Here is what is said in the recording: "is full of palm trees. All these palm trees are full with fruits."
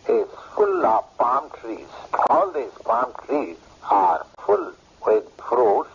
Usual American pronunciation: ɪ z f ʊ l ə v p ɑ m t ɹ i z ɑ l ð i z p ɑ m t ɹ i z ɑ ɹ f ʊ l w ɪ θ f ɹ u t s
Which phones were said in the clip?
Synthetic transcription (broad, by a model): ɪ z f ʊ l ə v p ɑ m t ɹ i z ɑ l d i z p ɑ m t ɹ i z ɑ ɹ f ʊ l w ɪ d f ɹ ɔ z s